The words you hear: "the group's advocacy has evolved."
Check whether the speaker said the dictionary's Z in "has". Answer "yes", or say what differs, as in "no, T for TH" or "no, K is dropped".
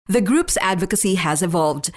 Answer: yes